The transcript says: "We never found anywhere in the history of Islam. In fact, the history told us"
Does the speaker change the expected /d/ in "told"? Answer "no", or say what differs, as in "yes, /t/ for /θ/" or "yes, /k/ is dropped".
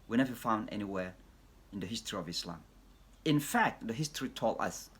yes, /d/ is dropped